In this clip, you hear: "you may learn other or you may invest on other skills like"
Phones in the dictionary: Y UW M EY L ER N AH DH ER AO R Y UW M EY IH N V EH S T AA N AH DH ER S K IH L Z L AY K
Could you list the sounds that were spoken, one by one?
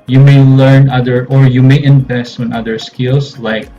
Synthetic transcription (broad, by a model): Y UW M EY L ER N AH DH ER AO R Y UW M EY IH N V EH S T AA N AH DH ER S K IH L S L AY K